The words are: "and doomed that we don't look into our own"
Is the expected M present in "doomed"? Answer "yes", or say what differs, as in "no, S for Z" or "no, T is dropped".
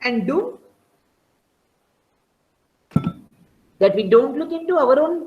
no, M is dropped